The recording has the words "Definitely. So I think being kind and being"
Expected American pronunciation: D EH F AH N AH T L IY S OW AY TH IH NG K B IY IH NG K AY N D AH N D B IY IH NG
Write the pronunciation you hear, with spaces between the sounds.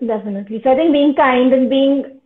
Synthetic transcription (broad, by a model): D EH F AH N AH T L IY S OW AY T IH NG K B IY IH NG K AY N D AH N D B IY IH NG